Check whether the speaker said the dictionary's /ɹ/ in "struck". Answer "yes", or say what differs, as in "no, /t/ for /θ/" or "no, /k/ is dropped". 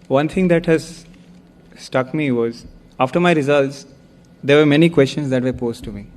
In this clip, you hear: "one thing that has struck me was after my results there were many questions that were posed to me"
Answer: no, /ɹ/ is dropped